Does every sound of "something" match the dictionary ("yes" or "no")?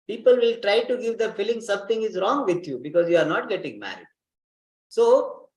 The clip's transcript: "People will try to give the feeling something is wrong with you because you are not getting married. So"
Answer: no